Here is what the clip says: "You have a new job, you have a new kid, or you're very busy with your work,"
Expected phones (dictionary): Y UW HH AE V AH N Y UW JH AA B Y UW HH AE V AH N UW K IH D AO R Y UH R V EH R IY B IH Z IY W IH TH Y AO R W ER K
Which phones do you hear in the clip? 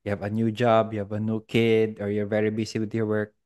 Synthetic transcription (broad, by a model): Y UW HH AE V AH N Y UW JH AA B Y UW HH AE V AH N UW K IH D AO R Y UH R V EH R IY B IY S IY W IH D Y AO R W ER K